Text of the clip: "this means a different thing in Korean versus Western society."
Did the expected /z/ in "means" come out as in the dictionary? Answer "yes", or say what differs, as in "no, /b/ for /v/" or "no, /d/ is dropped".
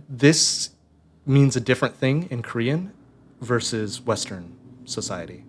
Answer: yes